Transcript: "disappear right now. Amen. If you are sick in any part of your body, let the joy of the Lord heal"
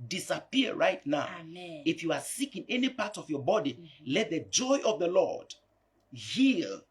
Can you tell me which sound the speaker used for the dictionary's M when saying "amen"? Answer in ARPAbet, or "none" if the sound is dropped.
none